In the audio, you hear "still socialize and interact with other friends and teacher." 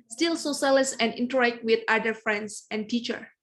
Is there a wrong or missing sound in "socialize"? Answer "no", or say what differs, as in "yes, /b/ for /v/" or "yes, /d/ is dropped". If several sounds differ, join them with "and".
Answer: yes, /s/ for /ʃ/ and /s/ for /z/